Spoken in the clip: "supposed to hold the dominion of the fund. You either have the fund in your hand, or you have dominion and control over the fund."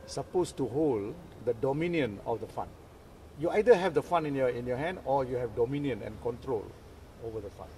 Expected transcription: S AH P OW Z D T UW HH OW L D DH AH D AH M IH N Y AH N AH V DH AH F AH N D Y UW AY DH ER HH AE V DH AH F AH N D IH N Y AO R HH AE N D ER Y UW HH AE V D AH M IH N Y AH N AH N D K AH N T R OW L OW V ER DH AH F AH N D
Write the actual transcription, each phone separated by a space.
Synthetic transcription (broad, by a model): S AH P OW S T UW HH OW L D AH D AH M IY N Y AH N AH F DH AH F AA N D Y UW AY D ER HH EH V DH AH F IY N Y IH N Y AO HH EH N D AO Y UW HH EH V D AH M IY N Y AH N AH N K AH N T R OW L OW V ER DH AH F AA N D